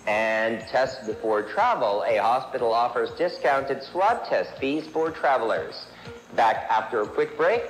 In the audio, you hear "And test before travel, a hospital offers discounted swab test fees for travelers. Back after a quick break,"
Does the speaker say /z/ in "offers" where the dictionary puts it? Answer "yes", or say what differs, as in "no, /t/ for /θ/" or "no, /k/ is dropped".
yes